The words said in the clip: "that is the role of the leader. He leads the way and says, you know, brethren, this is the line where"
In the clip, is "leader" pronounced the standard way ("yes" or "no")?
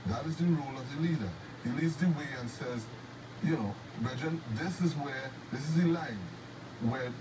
yes